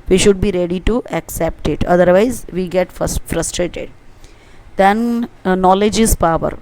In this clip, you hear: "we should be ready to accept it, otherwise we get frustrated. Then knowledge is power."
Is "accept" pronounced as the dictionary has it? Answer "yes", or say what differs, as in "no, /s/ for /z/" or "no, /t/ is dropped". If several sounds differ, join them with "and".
yes